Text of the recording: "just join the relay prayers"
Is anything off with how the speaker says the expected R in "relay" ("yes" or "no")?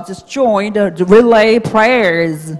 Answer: no